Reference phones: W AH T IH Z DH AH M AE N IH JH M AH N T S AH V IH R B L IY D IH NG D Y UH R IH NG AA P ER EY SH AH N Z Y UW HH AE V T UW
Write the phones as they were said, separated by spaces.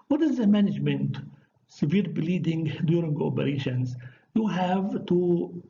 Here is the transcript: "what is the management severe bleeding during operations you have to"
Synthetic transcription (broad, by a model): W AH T IH Z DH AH M AE N IH JH M AH N T S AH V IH R B L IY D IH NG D Y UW R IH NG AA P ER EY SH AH N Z Y UW HH AE V T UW